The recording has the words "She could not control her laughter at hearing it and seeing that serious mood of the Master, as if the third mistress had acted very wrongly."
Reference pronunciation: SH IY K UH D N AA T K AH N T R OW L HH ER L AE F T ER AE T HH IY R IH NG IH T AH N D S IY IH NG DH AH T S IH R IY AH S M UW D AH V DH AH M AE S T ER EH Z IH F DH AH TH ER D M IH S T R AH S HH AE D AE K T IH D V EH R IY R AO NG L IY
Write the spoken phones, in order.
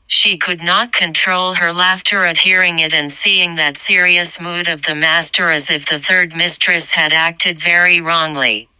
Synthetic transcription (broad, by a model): SH IY K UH D N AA T K AH N T R OW L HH ER L AE F T ER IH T HH IY R IH NG IH T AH N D S IY IH NG DH AH T S IH R IY AH S M UW D AH V DH AH M AE S T ER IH Z IH F DH AH TH ER D M IH S T R AH S HH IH D AE K T IH D V EH R IY R AO NG L IY